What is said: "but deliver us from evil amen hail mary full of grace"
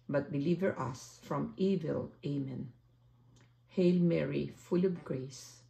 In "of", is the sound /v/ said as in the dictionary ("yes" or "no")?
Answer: no